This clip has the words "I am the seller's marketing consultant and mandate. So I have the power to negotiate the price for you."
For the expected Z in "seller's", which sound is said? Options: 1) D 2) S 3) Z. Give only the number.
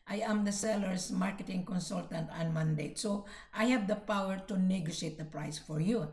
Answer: 2